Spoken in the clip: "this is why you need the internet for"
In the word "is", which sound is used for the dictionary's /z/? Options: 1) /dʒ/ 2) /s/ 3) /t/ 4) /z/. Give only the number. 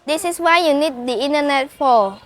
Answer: 2